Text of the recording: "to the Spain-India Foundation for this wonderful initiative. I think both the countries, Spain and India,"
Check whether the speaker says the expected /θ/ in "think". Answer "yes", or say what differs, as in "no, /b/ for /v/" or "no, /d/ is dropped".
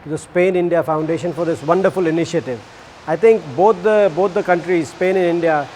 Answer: no, /t/ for /θ/